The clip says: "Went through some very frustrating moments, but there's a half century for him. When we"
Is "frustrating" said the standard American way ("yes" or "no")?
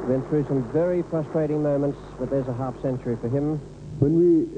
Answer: no